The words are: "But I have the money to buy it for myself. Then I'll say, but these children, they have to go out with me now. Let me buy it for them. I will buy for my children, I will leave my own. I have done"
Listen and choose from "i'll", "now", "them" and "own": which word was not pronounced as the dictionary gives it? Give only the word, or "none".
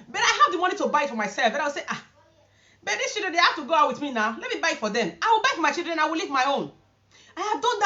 i'll